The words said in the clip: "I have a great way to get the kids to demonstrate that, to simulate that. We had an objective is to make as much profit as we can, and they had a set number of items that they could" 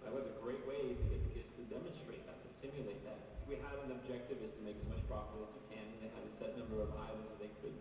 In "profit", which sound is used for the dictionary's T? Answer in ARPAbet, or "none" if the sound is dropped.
none